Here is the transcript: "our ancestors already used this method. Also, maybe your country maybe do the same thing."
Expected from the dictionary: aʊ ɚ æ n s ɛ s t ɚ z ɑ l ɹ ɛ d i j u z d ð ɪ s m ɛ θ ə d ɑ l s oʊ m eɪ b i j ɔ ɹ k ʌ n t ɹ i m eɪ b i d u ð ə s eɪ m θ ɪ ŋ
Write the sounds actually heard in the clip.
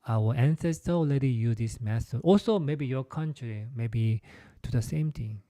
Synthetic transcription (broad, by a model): aʊ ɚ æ n s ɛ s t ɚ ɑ l ɛ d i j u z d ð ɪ s m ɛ t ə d ɑ l s oʊ m eɪ b i j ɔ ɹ k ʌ n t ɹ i m eɪ b i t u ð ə s eɪ m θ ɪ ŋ